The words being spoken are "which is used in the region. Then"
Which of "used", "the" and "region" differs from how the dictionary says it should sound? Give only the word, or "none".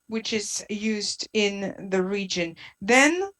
none